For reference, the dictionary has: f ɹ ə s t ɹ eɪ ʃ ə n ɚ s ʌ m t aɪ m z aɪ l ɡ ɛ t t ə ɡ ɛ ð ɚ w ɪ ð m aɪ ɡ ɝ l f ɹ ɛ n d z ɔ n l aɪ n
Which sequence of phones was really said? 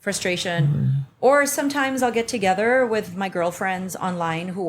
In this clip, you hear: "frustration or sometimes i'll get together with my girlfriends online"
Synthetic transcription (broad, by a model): f ɹ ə s t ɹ eɪ ʃ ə n ɚ s ʌ m t aɪ m z aɪ l ɡ ɛ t t ə ɡ ɛ ð ɚ w ɪ ð m aɪ ɡ ɝ l f ɹ ɛ n d z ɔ n l aɪ n